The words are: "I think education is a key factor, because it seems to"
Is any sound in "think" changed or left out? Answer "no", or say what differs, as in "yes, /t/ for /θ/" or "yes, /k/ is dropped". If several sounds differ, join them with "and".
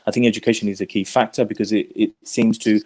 no